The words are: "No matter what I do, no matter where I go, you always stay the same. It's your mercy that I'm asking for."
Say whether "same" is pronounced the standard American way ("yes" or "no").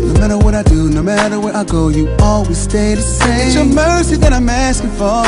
no